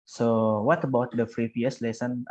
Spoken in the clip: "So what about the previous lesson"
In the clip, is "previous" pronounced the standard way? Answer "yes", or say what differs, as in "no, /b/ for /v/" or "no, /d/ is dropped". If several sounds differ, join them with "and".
no, /f/ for /p/